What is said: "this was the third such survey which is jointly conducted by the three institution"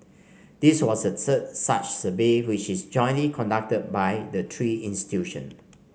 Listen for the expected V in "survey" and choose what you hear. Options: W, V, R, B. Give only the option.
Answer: B